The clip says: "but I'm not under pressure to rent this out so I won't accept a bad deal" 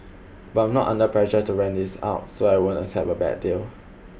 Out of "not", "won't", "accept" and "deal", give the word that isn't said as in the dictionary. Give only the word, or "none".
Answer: accept